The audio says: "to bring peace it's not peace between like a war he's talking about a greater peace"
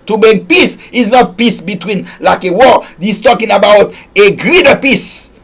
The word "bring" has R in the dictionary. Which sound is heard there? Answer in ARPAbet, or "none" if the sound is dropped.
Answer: none